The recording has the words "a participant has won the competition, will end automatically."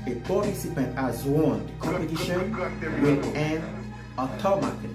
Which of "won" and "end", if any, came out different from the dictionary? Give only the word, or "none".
end